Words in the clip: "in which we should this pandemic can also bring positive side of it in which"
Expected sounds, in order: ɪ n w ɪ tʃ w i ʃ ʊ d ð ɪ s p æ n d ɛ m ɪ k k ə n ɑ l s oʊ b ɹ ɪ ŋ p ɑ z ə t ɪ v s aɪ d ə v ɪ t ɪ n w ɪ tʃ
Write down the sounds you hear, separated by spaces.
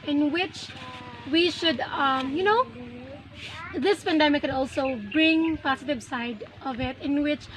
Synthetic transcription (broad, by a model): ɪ n w ɪ tʃ w i ʃ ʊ d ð ɪ s p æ n d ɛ m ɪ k k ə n ɑ l s oʊ b ɹ ɪ ŋ p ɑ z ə t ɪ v s aɪ d ə v ɪ t ɪ n w ɪ tʃ